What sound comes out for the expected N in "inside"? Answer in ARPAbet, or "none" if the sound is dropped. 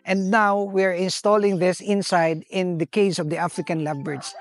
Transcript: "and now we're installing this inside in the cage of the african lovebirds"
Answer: N